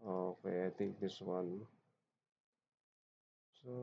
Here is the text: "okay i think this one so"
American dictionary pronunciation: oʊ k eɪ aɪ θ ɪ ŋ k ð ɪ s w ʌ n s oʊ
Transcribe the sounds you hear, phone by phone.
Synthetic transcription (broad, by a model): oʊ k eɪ aɪ t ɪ ŋ k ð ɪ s w ʌ n s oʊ